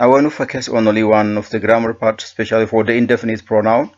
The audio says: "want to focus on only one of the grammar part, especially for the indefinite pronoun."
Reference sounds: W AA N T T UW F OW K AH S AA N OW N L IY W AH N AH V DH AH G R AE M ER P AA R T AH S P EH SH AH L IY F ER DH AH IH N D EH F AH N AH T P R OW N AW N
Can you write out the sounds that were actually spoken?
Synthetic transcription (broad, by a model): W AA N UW F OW K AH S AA N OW L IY W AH N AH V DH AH G R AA M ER P AA R T S P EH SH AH L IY F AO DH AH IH N D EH F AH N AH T P R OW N AW N